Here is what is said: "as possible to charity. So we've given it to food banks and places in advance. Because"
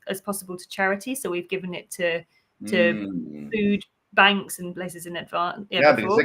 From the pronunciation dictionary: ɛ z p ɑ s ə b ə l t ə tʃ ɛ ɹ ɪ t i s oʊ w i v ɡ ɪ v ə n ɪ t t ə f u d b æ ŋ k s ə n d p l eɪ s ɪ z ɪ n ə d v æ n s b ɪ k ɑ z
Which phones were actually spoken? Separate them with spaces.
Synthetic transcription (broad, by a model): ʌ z p ɑ s ə b ə l t ə tʃ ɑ ɹ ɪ t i s oʊ w i v ɡ ɪ v ə n ɪ t t ə f u d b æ ŋ k s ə n p l eɪ s ɪ z ɪ n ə d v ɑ